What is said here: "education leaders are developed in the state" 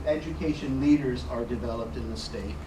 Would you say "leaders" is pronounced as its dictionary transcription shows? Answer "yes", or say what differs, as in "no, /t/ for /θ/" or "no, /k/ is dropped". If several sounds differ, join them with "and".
yes